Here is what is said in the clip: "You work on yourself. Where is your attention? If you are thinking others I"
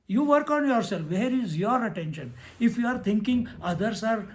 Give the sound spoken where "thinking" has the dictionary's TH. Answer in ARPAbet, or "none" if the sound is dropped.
T